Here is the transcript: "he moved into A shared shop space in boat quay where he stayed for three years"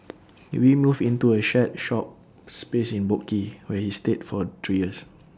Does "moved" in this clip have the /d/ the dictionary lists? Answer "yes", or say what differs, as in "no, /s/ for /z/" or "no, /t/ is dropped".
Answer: no, /d/ is dropped